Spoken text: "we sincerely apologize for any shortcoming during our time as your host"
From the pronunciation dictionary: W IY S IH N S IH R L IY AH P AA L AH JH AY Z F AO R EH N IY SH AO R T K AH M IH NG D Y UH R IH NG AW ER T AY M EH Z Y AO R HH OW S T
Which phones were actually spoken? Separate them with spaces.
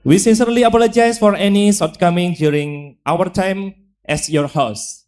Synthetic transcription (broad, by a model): W IY S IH N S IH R L IY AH P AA L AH JH AY S F AO R EH N IY S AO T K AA M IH NG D Y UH R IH NG AW ER T AY M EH S Y AO R HH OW S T